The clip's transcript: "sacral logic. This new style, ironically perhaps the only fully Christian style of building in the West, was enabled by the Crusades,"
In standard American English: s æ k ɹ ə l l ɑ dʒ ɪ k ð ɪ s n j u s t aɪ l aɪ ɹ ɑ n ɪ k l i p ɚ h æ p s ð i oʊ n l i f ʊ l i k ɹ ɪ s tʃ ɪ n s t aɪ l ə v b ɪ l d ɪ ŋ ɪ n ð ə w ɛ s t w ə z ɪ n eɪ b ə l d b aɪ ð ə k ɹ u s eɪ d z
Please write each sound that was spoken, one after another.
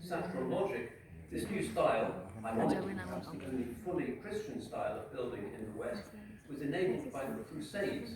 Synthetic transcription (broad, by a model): s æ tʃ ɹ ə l l ɑ dʒ ɪ k ð ɪ s n j u s t aɪ l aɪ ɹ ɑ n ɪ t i p ɚ h æ p s ð i oʊ n l i f ʊ l i k ɹ ɪ s tʃ ɪ n s t aɪ l ə v b ɪ l d ɪ ŋ ɪ n ð ə w ɛ s t w ə z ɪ n eɪ b l d b aɪ ð ə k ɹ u s eɪ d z